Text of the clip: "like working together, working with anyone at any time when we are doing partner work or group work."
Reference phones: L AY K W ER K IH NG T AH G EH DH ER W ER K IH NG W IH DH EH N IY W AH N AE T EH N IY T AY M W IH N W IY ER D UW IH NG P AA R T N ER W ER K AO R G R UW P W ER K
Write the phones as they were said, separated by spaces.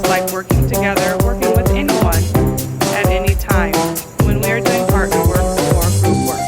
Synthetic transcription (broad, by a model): L AY K W ER K IH NG T AH G EH DH ER W ER K IH NG W IH DH EH N IY W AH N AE T EH N IY T AY M W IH N W IY ER D UW IH NG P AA R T ER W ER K AO R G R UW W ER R